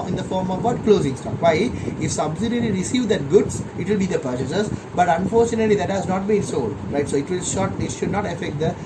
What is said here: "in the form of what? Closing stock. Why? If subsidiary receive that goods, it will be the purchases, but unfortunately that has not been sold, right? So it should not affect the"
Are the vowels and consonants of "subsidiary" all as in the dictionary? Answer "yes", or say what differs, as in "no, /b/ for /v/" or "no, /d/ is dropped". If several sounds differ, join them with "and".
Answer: no, /l/ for /ɹ/